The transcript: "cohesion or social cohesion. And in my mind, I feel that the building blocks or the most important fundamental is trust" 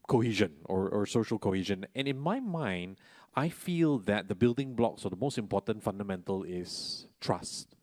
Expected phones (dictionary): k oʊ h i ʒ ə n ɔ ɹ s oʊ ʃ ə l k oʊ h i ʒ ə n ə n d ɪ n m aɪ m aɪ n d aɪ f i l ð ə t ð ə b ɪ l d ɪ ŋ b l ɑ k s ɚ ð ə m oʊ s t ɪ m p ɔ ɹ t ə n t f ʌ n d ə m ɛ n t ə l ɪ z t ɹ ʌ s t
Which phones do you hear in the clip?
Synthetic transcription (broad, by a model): k oʊ h i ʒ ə n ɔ ɹ s oʊ ʃ ə l k oʊ h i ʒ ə n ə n ɪ n m aɪ m aɪ n d aɪ f i l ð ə t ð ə b ɪ l d ɪ ŋ b l ɑ k s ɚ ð ə m oʊ s t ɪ m p ɔ t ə n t f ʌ n d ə m ɛ n t ə l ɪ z t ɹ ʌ s t